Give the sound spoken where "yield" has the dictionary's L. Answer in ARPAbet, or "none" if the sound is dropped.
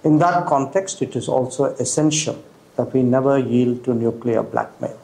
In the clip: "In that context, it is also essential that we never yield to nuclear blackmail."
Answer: L